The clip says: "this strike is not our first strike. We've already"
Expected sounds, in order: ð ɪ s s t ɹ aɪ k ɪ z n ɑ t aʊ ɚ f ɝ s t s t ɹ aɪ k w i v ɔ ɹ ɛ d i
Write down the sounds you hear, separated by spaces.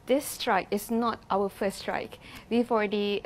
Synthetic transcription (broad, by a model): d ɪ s s t ɹ aɪ k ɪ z n ɑ t aʊ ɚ f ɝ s s t ɹ aɪ k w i f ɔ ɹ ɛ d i